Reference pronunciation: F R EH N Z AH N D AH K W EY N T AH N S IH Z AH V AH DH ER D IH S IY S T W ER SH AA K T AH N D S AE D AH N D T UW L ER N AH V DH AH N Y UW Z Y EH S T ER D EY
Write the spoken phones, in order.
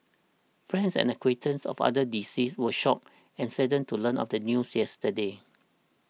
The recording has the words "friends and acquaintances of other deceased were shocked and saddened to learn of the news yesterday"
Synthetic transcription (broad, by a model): F R EH N S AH N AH K W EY T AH N S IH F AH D AH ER D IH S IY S W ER SH AA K AH N S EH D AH N T UW L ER N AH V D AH N Y UW S Y EH S T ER D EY